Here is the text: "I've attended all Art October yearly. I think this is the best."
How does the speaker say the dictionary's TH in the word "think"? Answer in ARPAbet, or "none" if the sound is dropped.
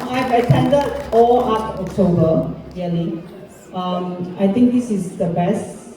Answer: T